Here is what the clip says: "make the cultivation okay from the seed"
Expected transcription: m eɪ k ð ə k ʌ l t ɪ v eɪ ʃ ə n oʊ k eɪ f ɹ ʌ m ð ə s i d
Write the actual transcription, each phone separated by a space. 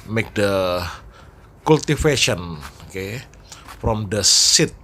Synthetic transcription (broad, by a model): m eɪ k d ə k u l t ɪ f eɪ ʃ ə n oʊ k eɪ f ɹ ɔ m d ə s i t